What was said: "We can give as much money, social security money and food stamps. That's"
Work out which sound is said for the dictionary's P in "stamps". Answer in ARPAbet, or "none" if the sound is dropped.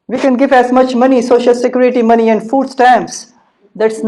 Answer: none